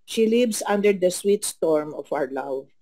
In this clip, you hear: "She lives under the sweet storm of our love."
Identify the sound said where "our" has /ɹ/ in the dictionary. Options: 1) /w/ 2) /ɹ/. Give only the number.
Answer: 2